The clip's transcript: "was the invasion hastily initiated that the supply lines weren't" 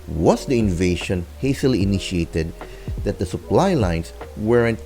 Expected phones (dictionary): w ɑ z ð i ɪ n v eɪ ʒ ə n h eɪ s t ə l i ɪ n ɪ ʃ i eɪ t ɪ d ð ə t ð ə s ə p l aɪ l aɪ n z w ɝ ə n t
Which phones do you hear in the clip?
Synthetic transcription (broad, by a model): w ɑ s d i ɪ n v eɪ ʃ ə n h eɪ s t ə l i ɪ n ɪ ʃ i eɪ t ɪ d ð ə t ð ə s ə p l aɪ l aɪ n s w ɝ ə n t